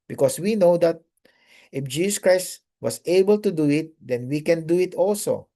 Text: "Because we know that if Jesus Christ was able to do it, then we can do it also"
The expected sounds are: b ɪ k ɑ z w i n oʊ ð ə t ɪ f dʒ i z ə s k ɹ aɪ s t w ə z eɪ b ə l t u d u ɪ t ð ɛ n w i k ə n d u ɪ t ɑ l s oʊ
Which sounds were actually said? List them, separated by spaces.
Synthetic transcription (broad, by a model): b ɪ k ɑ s w i n oʊ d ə t ɪ f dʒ i s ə s k ɹ aɪ s t w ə s eɪ b ə l t u d u ɪ t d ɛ n w i k ə n d u ɪ t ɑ l s oʊ